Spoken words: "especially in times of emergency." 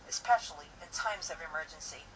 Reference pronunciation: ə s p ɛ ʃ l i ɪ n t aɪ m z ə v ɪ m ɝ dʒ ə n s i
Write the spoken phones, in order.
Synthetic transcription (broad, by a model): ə s p ɛ ʃ l i ɪ n t aɪ m z ə v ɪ m ɝ dʒ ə n s i